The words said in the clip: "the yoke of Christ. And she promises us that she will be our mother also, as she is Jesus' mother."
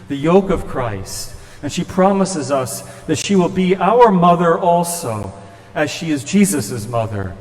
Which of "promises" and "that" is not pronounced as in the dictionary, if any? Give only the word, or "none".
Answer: none